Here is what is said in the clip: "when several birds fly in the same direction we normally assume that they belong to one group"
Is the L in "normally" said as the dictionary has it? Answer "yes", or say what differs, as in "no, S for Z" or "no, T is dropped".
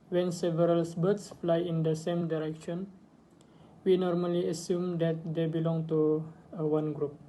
yes